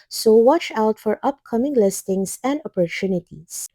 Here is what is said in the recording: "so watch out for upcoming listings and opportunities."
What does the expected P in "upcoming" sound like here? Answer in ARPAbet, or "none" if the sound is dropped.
P